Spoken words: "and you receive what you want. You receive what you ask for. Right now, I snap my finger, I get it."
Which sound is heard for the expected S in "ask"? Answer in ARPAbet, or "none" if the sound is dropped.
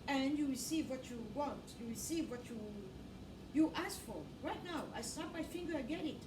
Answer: S